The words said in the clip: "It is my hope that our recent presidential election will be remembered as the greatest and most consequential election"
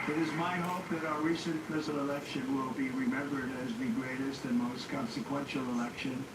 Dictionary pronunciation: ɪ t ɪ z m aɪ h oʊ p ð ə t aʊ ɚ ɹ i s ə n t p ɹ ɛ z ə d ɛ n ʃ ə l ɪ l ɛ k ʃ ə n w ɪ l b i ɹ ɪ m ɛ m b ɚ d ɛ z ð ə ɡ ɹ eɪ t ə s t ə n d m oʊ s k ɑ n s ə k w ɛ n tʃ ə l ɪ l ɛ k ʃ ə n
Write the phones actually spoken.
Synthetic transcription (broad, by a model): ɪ t ɪ z m aɪ h oʊ p ð ə t aʊ ɚ ɹ i s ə n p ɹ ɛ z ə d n ə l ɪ l ɛ k ʃ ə n w ɪ l b i ɹ ɪ m ɛ m b ɚ d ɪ z ð ə ɡ ɹ eɪ t ə s t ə n m oʊ s k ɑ n s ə k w ɛ n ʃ l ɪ l ɛ k ʃ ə n